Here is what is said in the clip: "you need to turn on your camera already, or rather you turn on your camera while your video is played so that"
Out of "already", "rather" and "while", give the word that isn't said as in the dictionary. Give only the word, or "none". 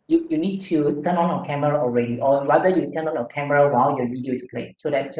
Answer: rather